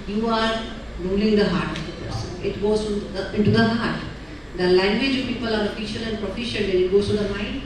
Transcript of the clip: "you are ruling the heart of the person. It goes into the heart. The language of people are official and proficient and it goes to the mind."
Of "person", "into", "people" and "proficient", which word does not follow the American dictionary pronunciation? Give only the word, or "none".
none